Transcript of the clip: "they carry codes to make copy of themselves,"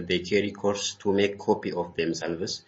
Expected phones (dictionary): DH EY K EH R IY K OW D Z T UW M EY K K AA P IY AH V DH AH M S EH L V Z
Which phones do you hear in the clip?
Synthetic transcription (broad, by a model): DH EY K EH R IY K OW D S T UW M EY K K AA P IY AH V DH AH M S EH L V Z